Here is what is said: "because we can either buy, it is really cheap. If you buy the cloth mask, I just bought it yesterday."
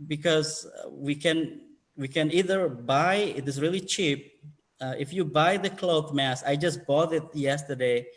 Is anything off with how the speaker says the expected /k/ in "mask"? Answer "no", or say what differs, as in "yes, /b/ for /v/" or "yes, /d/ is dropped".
yes, /k/ is dropped